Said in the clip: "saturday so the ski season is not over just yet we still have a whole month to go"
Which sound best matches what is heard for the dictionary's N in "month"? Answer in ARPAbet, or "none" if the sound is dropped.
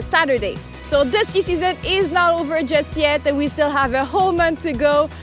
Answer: N